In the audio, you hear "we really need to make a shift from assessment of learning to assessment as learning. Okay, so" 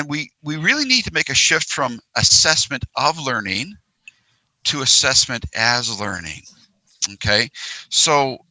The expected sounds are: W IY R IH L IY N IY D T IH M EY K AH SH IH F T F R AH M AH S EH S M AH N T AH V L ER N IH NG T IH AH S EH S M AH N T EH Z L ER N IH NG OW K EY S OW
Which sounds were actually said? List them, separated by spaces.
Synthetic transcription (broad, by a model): W IY R IH L IY N IY D T IH M EY K AH SH IH F T F R AH M AH S EH S M AH N T AH V L ER N IH NG T IH AH S EH S M AH N T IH Z L ER N IH NG OW K EY S OW